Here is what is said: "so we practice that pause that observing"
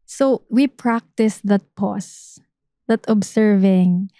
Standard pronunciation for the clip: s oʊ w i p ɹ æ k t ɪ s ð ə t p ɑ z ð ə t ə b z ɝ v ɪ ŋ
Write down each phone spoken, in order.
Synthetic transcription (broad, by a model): s oʊ w i p ɹ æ k t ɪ s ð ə t p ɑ s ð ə t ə b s ɝ v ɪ ŋ